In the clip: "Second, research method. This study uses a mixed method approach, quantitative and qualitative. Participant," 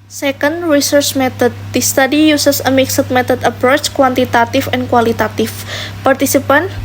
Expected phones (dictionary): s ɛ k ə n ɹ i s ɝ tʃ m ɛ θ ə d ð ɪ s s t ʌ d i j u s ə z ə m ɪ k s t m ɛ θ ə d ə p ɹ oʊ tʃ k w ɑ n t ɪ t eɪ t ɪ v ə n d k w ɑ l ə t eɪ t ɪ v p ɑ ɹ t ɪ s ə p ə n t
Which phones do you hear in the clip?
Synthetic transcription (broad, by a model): s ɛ k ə n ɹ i s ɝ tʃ m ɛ t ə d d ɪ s s t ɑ d i j u s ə s ə m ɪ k s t m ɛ t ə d ə p ɹ oʊ tʃ k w ɑ n t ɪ t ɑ t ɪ f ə n k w ɑ l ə t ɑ t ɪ f p ɑ ɹ t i s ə p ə n